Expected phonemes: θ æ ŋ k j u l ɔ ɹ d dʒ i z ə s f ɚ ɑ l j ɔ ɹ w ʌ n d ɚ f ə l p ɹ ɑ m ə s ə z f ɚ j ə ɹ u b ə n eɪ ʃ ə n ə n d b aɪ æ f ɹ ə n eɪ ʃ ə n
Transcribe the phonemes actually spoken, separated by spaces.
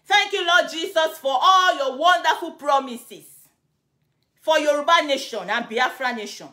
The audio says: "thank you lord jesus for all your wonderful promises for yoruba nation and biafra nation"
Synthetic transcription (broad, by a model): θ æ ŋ k j u l ɔ d dʒ i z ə s f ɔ ɑ l j ɔ w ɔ n d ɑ f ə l p ɹ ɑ m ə s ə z f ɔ j ə ɹ u b ə n eɪ ʃ ə n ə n b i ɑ f ɹ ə n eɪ ʃ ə n